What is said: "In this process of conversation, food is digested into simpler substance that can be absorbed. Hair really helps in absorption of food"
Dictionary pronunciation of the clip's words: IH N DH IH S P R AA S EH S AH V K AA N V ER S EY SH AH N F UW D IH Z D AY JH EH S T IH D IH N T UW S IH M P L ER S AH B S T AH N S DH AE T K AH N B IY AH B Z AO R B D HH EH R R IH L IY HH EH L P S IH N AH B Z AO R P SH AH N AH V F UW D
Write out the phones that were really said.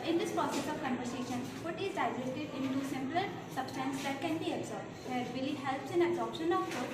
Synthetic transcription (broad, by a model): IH N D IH S P R AA S EH S AH V K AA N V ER S EY SH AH N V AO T IH Z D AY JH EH T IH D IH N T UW S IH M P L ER S AH B S T AH N S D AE T K AH N B IY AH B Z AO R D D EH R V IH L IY HH EH L P S IH N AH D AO P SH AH N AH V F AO